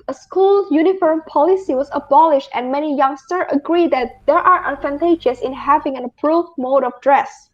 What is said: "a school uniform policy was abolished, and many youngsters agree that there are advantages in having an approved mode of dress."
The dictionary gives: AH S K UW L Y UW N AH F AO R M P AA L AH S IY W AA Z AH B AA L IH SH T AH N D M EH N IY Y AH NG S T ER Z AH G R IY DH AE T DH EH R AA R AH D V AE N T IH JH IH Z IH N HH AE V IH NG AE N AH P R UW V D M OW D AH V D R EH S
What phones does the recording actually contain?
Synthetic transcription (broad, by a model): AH S K UW L Y UW N AH F AO R M P AA L AH S IY W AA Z AH B AA L IH SH T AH N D M EH N IY Y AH NG S T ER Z AH G R IY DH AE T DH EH R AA R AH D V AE N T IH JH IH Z IH N HH AE V IH NG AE N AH P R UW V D M OW D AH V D R EH S